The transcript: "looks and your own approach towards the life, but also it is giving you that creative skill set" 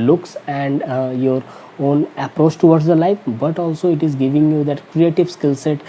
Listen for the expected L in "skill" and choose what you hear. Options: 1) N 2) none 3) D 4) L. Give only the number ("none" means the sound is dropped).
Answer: 4